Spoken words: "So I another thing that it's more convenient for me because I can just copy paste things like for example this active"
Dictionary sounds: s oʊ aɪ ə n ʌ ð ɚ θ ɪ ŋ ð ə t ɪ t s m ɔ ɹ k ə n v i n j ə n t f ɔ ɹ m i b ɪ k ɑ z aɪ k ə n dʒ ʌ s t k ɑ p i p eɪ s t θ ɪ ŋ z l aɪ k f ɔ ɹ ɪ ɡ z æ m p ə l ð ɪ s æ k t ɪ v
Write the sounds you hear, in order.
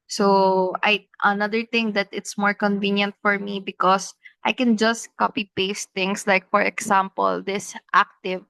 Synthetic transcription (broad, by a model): s oʊ aɪ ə n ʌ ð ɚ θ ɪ ŋ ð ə t ɪ t s m ɔ ɹ k ə n v i n j ə n t f ɔ ɹ m i b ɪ k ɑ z aɪ k ə n dʒ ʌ s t k ɑ p i p eɪ s t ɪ ŋ s l aɪ k f ɔ ɹ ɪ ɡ s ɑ m p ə l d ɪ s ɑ k t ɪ v